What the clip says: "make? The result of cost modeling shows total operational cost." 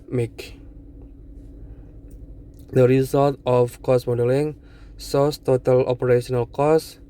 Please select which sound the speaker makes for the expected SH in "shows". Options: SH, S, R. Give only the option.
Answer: S